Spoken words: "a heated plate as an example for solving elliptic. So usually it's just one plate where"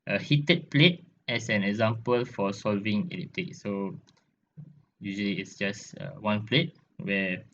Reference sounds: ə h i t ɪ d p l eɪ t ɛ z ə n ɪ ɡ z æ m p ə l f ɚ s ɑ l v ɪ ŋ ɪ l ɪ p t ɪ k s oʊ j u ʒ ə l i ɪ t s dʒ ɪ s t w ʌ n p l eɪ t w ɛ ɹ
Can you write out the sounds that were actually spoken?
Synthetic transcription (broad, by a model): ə h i t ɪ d p l eɪ t ɛ s ə n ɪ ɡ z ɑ m p ə l f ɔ s ɑ l v ɪ ŋ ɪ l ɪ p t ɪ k s oʊ j u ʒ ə l i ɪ t s dʒ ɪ s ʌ w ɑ n p l eɪ t w ɛ